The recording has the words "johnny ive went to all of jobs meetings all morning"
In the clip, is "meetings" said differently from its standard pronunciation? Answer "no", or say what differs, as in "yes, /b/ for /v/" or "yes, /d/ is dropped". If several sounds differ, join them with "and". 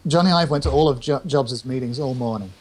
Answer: no